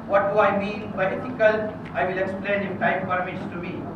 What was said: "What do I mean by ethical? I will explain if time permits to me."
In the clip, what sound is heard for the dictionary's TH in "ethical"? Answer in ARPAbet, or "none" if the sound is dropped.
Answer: F